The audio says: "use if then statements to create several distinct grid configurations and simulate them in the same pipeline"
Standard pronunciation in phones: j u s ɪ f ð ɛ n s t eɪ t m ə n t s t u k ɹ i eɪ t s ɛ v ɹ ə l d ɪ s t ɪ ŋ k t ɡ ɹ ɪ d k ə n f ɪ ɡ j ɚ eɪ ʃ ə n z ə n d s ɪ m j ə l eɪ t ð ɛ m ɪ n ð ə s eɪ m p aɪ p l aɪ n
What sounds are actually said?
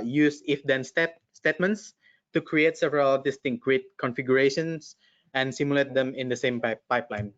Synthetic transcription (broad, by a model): j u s ɪ f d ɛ n s t eɪ t m ə n t s t u k ɹ i eɪ t s ɛ v ɹ ə l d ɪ s t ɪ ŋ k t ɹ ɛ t k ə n f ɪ ɡ j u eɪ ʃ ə n s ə n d s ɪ m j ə l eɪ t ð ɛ m ɪ n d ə s eɪ m p aɪ p l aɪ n